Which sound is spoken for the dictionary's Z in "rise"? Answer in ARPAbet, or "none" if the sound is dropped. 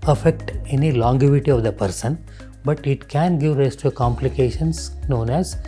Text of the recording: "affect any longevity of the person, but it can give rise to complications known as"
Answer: S